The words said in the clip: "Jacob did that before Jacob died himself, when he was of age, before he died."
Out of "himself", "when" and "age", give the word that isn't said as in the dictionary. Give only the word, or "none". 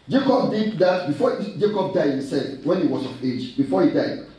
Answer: himself